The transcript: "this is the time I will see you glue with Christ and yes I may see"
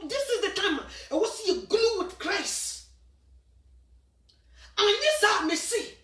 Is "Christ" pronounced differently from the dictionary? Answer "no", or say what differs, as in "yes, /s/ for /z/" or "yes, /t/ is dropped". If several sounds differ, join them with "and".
yes, /t/ is dropped